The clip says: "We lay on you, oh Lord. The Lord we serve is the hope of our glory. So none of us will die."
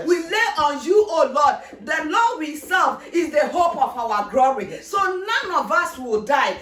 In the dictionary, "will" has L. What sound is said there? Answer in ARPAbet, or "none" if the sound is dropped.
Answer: L